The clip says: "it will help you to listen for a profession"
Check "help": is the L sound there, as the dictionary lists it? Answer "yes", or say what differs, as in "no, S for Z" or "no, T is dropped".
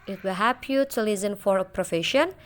no, L is dropped